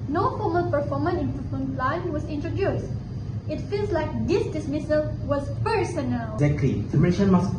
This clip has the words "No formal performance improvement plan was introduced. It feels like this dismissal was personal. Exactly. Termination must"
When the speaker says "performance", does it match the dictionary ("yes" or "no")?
no